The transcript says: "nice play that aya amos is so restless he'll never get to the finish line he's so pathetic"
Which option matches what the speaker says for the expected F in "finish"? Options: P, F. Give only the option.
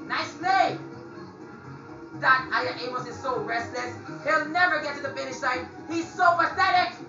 F